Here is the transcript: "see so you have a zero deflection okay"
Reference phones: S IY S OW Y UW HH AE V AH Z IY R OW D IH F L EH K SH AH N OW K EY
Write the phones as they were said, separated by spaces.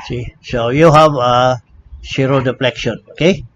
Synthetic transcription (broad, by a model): S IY S OW Y UW HH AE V AH S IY R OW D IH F L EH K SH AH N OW K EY